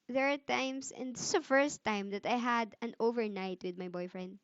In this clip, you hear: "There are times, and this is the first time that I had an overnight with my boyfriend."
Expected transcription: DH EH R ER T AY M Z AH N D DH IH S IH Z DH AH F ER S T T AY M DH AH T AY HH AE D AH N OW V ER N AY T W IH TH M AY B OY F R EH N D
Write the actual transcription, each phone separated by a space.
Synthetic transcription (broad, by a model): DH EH R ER T AY M S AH N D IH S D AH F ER S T T AY M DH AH T AY HH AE D AH N OW V ER N AY T W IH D M AY B OY F R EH N D